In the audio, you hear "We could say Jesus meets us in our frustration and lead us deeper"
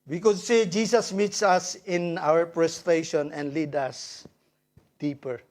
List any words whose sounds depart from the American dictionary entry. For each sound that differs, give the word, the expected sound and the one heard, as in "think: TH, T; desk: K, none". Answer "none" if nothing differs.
jesus: Z, S; frustration: F, P